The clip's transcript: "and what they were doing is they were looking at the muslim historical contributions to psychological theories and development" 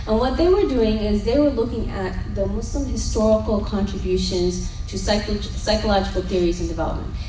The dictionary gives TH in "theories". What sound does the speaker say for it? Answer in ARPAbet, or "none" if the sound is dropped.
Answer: TH